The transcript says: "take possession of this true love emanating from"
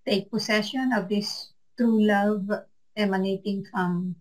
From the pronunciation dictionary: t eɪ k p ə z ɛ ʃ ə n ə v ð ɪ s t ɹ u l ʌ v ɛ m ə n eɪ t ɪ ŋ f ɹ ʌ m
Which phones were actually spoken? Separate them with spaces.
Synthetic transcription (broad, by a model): t eɪ k p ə s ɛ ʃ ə n ə v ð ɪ s t ɹ u l ʌ v ɛ m ə n eɪ t ɪ ŋ f ɹ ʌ m